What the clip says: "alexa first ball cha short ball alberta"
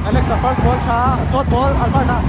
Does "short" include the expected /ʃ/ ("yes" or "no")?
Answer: no